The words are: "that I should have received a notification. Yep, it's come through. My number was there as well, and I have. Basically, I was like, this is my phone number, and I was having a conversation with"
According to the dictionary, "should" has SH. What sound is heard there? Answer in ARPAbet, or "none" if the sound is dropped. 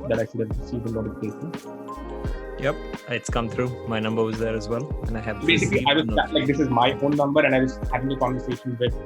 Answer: S